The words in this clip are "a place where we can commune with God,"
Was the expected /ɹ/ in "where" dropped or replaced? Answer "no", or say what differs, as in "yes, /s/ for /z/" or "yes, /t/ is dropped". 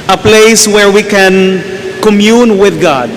no